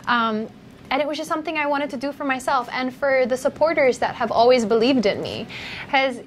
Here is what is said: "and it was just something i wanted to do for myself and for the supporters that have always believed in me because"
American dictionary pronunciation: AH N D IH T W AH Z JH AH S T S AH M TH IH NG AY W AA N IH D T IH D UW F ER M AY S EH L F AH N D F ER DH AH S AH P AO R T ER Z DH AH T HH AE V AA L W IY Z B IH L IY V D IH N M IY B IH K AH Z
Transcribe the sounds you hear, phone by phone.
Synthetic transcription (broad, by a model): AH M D IH T W AH Z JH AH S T S AH M TH IH NG AY W AA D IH D T IH D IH F ER M AY S EH L F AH N F ER DH AH S AH P AO R T ER Z DH AH T HH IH V AA L W IY Z B IH L IY V D IH N M IY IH Z